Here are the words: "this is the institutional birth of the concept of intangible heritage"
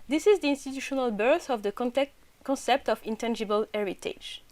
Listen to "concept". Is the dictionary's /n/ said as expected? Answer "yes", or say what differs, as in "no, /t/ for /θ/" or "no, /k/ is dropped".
yes